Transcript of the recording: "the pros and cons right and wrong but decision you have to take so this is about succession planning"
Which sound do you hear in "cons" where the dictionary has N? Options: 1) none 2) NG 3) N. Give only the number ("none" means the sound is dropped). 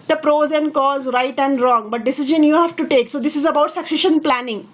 1